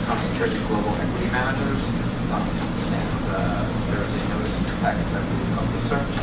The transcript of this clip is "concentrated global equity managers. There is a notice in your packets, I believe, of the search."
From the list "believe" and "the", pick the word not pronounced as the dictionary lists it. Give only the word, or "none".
believe